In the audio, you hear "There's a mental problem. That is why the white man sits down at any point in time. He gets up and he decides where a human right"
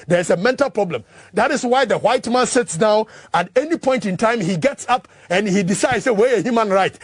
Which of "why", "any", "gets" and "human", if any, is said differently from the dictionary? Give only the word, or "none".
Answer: none